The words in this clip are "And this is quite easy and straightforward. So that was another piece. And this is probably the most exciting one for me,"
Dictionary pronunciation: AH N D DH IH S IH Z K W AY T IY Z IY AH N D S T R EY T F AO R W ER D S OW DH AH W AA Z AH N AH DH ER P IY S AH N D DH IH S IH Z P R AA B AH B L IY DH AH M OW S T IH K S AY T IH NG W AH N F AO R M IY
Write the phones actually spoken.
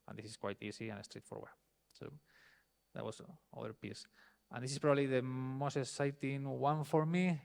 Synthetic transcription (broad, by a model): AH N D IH S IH S K W AY T IY S IY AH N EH S T R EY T F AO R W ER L S OW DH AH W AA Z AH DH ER P IY S AH N D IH S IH S P R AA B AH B L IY DH AH M OW S T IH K S AY T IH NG W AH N F AO R M IY